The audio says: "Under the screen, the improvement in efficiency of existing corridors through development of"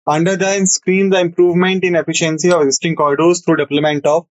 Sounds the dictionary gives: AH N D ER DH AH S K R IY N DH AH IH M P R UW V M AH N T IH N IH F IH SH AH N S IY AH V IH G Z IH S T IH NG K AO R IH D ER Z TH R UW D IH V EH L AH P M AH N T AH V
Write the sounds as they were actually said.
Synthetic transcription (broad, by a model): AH N D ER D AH S K R IY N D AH IH M P R UW V M AH N T IH N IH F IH SH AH N S IY AH V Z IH S T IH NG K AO IH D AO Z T R UW D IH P L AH M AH N T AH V